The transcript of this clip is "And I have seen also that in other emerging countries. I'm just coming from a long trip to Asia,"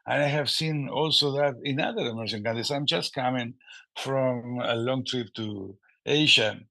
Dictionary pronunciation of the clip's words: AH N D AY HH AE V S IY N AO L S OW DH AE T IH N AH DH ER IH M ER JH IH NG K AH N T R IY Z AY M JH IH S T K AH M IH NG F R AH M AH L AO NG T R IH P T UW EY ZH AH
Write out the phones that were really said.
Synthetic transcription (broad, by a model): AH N AY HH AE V S IY N AO L S OW DH AE T IH N AH DH ER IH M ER SH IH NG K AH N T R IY S AY M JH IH S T K AH M IH NG F R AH M AH L AO NG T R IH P T UW EY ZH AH